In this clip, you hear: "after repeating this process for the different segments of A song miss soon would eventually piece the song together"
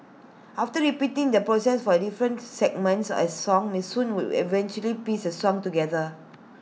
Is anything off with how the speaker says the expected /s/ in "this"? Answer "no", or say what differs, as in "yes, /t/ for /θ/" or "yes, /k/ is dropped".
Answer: yes, /s/ is dropped